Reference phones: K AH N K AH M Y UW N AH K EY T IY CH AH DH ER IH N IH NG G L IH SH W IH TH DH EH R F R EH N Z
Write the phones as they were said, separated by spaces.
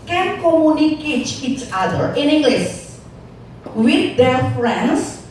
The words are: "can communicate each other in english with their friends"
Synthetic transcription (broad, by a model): K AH N K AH M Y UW N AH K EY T IY CH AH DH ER IH N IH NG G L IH S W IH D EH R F R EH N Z